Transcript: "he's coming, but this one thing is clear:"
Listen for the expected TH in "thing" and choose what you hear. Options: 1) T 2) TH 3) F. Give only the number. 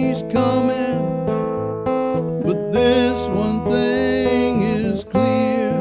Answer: 2